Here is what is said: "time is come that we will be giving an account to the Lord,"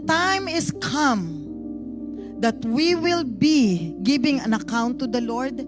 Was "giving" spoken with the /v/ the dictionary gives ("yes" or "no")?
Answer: no